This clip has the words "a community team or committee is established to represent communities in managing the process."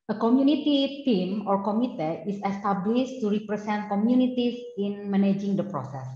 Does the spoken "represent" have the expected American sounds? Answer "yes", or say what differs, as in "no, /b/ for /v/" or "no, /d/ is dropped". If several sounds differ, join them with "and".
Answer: no, /s/ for /z/